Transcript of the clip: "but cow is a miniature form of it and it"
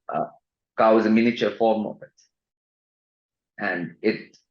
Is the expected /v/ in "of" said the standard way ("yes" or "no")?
no